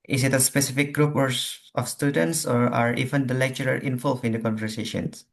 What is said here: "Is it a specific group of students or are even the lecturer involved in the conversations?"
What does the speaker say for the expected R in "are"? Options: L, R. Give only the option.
R